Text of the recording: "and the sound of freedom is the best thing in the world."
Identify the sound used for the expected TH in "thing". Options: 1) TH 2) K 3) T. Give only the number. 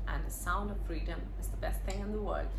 1